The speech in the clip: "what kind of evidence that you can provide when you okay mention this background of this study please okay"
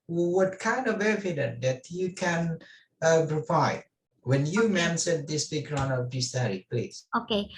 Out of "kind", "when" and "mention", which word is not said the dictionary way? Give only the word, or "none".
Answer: mention